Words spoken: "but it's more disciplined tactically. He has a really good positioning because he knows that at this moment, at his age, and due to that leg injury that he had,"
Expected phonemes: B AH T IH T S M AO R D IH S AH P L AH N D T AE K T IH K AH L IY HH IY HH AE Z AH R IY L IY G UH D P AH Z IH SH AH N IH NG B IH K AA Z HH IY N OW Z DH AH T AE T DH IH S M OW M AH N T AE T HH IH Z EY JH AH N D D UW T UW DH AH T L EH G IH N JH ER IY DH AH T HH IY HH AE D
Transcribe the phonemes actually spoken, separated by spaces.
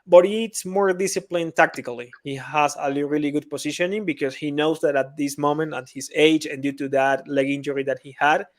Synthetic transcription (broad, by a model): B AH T IH T S M AO R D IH S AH P L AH N T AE K T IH K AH L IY HH IY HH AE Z AH R IY L IY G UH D P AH S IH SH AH N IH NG B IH K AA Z HH IY N OW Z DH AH T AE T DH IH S M OW M AH N T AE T HH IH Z EY JH AH N D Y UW T UW DH AH T L EH G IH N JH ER IY DH AH T HH IY HH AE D